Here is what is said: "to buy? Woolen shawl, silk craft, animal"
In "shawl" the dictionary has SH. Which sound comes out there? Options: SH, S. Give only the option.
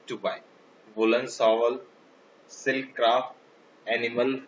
S